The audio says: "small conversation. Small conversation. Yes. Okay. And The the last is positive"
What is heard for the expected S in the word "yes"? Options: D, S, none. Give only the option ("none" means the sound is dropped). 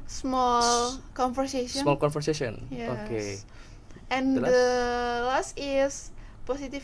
none